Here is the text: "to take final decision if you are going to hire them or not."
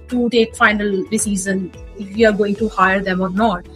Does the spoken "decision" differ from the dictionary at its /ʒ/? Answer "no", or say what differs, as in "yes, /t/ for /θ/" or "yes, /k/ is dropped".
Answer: yes, /z/ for /ʒ/